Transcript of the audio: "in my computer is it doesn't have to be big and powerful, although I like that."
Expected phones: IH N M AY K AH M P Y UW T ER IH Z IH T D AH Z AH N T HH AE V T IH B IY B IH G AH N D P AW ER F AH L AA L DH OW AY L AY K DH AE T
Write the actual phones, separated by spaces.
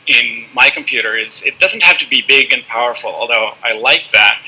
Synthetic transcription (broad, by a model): IH N M AY K M P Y UW T ER IH Z IH T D AH Z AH N T HH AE F T IH B IY B IH G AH N P AW ER F L AA L DH OW AY L AY K DH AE T